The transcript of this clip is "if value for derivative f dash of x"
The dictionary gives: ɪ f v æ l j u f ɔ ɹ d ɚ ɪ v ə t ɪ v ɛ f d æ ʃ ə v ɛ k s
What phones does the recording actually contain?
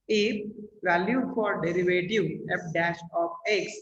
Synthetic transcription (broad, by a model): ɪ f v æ l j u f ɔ ɹ d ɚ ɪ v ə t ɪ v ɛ p d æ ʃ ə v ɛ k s